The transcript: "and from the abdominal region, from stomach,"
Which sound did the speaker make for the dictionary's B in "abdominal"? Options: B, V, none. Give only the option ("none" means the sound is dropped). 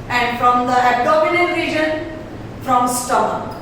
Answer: none